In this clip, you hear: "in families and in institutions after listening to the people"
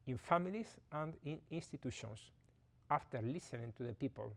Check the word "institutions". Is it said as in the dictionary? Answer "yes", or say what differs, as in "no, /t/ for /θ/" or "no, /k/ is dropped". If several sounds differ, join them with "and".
no, /s/ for /z/